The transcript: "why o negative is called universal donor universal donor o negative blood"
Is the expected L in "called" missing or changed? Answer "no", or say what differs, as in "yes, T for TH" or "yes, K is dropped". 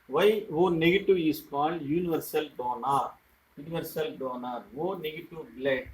yes, N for L